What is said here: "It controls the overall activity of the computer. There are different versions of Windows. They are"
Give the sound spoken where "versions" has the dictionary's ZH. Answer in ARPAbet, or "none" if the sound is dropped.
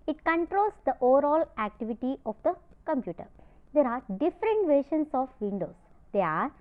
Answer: SH